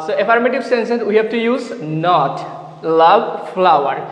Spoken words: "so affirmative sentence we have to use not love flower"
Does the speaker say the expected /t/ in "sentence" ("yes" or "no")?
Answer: no